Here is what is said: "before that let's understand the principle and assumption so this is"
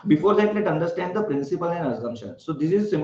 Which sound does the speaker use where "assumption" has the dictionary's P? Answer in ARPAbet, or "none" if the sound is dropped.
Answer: none